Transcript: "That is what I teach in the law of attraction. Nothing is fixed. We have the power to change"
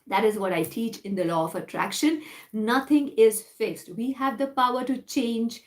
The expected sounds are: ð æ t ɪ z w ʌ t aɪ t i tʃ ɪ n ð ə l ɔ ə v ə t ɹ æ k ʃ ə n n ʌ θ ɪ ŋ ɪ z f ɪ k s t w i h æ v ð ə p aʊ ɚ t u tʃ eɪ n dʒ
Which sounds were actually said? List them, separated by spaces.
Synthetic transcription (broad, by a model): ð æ t ɪ z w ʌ t aɪ t i tʃ ɪ n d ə l ɔ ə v ə t ɹ æ k ʃ ə n n ʌ t ɪ ŋ ɪ z f ɪ k s t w i h æ v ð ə p aʊ ɚ t u tʃ eɪ n dʒ